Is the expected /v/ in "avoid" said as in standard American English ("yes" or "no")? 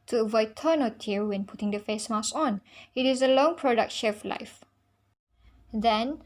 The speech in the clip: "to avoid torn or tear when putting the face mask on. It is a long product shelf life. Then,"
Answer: yes